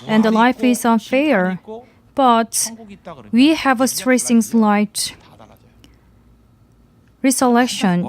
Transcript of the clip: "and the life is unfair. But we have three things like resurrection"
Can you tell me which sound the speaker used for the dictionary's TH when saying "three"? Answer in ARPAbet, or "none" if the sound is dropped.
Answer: T